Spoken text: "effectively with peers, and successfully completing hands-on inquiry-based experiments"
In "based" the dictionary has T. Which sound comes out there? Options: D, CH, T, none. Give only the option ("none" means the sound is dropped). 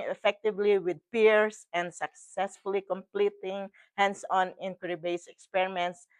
none